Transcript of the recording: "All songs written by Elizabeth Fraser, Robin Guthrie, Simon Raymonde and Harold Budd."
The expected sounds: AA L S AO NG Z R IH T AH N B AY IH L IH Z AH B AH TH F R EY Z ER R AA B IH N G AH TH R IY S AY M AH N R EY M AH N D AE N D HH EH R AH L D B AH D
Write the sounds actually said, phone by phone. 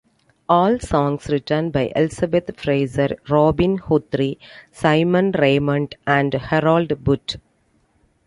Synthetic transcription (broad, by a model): AA L S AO NG S R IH T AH N B AY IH L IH S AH B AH T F R EY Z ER R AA B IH N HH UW T R IY S AY M AH N R EY M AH N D AE N D HH EH R AH L D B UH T